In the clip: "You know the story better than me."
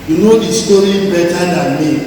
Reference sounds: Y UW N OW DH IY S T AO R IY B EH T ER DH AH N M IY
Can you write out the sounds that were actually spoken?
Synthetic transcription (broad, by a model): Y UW N OW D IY S T AO R IY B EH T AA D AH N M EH